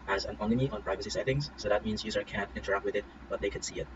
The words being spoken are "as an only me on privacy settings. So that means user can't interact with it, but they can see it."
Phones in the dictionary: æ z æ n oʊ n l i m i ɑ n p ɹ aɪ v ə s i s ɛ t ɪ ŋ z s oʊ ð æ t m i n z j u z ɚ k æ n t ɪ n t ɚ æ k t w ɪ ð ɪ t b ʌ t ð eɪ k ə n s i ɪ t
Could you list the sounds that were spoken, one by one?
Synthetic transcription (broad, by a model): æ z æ n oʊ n i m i ɑ n p ɹ aɪ v ə s i s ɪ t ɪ ŋ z s oʊ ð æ t m i n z j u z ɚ k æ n t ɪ n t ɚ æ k t w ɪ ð ɪ t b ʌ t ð eɪ k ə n s i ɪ t